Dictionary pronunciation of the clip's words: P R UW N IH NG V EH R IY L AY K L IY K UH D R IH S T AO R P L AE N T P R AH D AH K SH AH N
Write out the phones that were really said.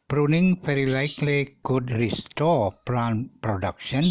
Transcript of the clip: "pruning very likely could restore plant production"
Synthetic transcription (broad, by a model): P R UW N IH NG F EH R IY L AY K L IY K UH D R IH S T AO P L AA N P R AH D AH K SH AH N